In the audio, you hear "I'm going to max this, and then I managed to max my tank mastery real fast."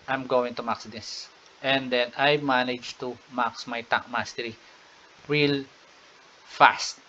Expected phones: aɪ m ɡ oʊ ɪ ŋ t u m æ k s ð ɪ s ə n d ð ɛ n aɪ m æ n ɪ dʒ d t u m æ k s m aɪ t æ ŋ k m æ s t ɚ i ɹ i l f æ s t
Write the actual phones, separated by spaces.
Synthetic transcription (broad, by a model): aɪ m ɡ oʊ ɪ ŋ t u m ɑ k s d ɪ s ə n d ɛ n aɪ m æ n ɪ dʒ t u m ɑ k s m aɪ t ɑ k m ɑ s t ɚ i ɹ i l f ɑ s t